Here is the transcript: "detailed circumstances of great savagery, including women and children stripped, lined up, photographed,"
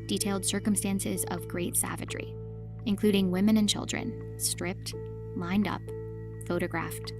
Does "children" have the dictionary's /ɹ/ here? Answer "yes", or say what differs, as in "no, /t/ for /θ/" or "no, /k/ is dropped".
yes